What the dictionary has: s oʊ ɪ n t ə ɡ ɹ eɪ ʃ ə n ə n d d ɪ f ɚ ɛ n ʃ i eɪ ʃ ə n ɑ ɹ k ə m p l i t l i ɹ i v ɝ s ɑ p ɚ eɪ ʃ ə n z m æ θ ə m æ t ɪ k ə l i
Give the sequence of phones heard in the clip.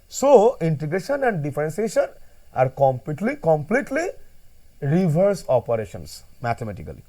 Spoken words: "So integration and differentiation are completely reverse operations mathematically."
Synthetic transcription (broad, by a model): s oʊ ɪ n t ə ɡ ɹ eɪ ʃ ə n ə n d d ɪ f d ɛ n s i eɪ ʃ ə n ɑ ɹ k ə m p l i t l i ɹ i v ɝ s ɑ p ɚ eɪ ʃ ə n s m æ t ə m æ t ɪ k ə l i